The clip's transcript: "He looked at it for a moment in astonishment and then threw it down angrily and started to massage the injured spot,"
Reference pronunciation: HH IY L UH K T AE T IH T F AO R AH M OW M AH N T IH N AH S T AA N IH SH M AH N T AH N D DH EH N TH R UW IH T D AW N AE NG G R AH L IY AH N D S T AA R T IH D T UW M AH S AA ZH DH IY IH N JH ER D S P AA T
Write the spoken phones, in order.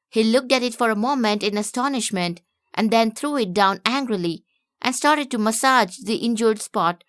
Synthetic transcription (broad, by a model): HH IY L UH K T AE T IH T F AO R AH M OW M AH N T IH N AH S T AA N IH SH M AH N T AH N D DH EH N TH R UW IH T D AW N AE NG G R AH L IY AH N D S T AA R T IH D T UW M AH S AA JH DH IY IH N JH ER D S P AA T